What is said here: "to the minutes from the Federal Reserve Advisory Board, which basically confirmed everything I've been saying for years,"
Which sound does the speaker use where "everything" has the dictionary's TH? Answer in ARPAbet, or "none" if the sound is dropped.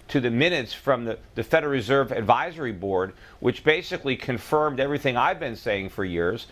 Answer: TH